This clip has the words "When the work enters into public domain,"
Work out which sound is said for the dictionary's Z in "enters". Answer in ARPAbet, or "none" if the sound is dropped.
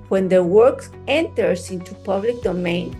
S